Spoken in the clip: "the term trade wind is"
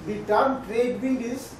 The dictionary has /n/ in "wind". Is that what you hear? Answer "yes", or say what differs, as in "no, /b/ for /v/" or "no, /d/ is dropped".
no, /l/ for /n/